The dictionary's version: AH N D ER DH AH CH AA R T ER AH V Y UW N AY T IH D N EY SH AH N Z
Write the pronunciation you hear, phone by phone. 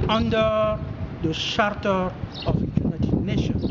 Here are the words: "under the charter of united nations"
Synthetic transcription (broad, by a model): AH N D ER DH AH SH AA R T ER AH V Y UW N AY T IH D N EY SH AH N